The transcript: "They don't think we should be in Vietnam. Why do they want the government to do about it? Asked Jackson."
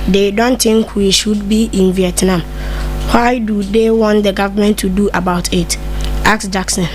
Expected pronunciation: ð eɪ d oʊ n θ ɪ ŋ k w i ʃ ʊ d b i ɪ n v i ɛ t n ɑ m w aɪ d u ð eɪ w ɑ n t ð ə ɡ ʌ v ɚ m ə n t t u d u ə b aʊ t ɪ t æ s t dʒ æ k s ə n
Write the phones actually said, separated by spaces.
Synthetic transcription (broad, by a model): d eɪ d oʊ n t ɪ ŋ k w i ʃ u d b i ɪ n v i ɛ t n ɑ m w aɪ d u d eɪ w ɑ n t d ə ɡ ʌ v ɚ m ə n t t u d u ə b aʊ t ɪ t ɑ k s dʒ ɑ k s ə n